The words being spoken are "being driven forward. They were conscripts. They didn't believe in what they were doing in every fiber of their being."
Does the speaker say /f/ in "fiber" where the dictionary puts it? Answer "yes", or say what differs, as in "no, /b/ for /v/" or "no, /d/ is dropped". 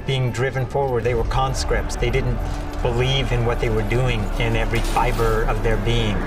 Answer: yes